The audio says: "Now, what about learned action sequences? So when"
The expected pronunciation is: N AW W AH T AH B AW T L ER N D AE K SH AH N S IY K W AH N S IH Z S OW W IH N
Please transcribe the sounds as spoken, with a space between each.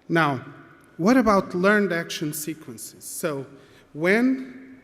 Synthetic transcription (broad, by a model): N AW W AH T AH B AW T L ER N D AE K SH AH N S IY K W AH N S IH Z S OW W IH N